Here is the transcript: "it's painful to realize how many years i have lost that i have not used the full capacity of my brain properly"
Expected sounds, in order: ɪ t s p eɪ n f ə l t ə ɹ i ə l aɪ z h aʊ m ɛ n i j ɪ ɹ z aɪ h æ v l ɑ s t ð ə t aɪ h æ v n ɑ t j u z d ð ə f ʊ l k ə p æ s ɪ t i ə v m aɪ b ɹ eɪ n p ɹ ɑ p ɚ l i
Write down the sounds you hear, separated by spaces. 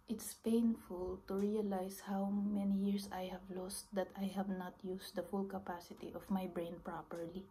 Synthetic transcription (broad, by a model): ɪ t s p eɪ n f ə l t ə ɹ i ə l aɪ s h aʊ m ɛ n i j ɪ ɹ s aɪ h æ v l ɑ s t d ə t aɪ h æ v n ɑ t j u s d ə f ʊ l k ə p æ s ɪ t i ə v m aɪ b ɹ eɪ n p ɹ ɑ p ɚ l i